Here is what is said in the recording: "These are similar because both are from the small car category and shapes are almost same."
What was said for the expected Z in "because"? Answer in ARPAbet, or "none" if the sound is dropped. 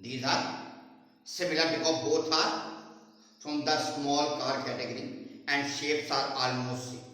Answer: none